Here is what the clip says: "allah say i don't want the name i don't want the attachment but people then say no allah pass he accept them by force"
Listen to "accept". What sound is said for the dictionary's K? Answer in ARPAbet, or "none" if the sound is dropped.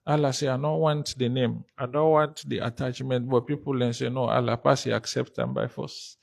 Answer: K